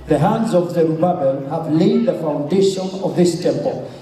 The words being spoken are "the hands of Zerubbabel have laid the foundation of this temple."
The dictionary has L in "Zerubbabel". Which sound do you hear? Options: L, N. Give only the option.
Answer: N